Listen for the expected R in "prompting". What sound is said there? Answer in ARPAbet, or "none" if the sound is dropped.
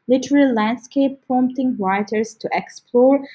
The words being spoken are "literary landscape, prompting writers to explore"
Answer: none